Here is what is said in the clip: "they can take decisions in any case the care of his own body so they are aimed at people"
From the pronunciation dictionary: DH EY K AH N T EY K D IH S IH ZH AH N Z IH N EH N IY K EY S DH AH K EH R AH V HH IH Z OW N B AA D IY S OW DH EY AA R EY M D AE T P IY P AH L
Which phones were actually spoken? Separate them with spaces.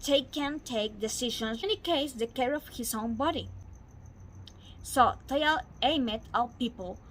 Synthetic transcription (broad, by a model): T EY K AH N T EY K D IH S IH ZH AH N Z EH N IY K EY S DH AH K EH R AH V HH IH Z OW N B AA D IY S OW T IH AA L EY M EH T P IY P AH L